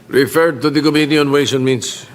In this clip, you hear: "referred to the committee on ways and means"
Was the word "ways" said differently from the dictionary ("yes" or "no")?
yes